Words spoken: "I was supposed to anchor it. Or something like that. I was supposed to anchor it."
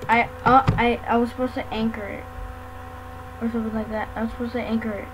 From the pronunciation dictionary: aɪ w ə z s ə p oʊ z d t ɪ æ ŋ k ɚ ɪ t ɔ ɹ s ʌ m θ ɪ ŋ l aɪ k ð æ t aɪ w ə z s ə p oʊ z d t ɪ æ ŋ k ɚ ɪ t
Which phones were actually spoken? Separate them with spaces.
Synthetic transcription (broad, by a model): aɪ w ə z s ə p oʊ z t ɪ æ ŋ k ɚ ɪ t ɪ w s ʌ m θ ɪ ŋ l aɪ k ð æ t aɪ w ə z s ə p oʊ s t ɪ æ ŋ k ɚ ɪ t